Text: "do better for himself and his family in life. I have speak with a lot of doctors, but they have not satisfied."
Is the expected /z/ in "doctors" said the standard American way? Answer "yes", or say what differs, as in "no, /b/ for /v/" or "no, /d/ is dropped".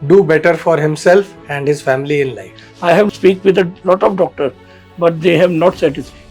no, /z/ is dropped